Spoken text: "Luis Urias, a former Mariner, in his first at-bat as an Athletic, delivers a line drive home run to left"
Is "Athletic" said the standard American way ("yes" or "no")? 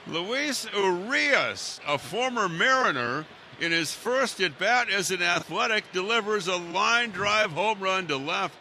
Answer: yes